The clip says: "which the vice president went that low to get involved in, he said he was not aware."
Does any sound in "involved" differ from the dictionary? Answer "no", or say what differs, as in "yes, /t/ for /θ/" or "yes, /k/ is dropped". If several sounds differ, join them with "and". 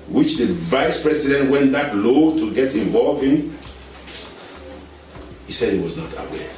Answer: yes, /d/ is dropped